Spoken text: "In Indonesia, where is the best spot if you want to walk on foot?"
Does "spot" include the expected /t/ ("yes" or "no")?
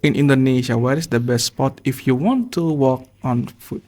yes